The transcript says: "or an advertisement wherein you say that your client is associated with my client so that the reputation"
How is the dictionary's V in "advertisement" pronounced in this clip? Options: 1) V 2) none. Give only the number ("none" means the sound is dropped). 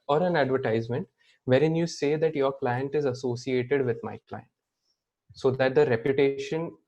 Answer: 1